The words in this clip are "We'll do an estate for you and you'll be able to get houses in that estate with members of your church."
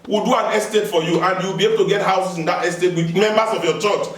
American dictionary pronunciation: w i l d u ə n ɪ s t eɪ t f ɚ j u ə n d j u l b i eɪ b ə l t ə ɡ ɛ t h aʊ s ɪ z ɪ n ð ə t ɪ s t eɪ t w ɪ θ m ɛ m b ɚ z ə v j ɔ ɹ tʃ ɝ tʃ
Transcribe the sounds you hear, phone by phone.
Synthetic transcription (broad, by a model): w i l d u ə n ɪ s t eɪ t f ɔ j u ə n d j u w b i eɪ b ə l t ə ɡ ɛ t h aʊ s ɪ s ɪ n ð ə t ɪ s t eɪ t w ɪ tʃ m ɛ m b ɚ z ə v j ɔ tʃ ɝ tʃ